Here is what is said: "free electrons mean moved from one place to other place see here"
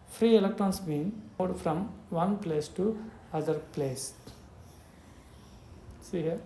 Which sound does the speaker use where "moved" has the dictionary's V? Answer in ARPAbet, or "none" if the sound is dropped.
none